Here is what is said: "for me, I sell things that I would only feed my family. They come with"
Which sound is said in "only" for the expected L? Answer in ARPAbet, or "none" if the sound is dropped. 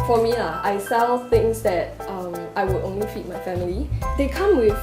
L